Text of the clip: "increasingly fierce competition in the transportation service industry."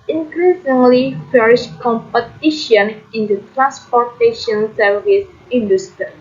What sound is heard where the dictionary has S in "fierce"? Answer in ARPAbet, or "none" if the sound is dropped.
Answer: SH